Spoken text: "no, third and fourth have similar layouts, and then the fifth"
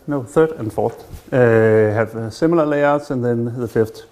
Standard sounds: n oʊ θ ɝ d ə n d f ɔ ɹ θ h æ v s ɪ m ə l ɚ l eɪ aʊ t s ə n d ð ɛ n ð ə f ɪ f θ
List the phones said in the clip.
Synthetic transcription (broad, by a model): n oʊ θ ɝ d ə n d f ɔ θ h æ v s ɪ m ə l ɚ l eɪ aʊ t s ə n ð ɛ n ð ə f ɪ f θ